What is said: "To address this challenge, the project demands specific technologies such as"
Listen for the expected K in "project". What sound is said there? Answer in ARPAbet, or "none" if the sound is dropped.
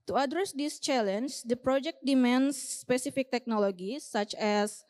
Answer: K